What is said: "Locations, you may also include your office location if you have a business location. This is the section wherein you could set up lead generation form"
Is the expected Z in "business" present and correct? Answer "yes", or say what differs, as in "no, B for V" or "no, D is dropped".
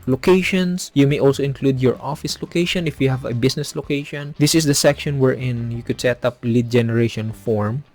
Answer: no, S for Z